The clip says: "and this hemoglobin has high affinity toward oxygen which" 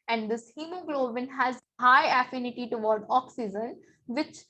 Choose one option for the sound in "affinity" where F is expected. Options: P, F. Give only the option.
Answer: F